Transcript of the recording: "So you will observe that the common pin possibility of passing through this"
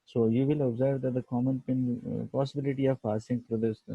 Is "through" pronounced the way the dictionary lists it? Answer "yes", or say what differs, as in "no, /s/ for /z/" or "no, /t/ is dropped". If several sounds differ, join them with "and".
no, /t/ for /θ/